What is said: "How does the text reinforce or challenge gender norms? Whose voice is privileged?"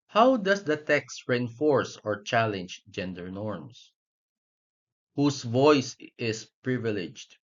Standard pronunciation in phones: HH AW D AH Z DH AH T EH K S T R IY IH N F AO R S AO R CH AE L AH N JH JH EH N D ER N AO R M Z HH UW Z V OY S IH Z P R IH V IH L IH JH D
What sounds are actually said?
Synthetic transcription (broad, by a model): HH AW D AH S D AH T EH K S T R IY IH N F AO R S AO R CH AE L AH N JH JH EH N D ER N AO R M S HH UW S V OY S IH S P R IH V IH L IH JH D